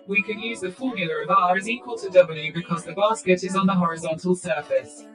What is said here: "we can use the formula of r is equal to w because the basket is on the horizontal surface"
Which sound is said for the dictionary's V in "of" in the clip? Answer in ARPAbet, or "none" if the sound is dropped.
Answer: V